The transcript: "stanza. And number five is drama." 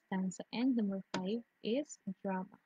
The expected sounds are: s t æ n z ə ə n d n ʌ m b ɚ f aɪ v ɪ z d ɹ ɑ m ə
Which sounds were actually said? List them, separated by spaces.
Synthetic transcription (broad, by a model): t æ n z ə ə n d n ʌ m ɚ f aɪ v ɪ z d ɹ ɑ m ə